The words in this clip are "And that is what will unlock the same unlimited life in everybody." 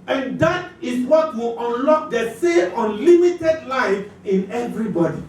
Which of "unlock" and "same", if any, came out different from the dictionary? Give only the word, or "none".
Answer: same